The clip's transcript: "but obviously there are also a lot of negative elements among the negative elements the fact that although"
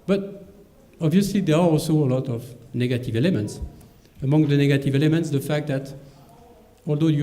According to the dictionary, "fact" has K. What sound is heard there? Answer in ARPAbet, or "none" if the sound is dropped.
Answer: K